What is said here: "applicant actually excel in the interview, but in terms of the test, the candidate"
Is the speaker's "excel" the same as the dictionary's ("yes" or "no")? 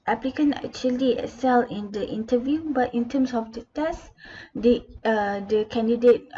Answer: no